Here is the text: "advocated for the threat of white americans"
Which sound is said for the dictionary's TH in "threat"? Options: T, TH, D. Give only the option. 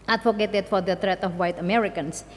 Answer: T